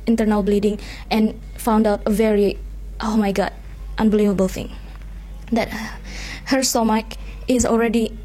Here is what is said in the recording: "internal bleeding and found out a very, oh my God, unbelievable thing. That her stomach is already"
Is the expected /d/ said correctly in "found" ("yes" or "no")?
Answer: yes